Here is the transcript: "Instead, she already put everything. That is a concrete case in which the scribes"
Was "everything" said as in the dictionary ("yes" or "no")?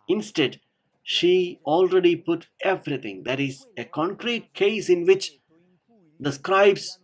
no